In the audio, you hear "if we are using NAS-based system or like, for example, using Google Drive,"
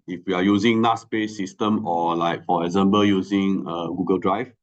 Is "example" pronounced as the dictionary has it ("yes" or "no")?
no